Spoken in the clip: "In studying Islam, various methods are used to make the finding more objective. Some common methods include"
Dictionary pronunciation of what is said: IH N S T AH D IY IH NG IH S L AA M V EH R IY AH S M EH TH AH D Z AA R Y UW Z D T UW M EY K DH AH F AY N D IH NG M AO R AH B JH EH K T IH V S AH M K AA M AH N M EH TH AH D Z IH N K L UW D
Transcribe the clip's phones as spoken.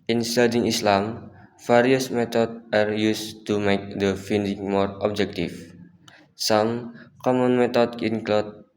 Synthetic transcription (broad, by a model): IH N S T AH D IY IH NG IH S L AA M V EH R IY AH S M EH T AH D AA R Y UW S T UW M EY K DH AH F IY N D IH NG M AO R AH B JH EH K T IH F S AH M K AA M AH N M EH T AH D IH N K L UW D